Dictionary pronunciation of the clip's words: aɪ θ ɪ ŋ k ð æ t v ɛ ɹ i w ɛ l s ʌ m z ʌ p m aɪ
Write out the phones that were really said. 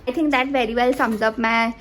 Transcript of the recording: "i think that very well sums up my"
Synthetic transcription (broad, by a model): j t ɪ ŋ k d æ t v ɛ ɹ i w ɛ l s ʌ m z ʌ p m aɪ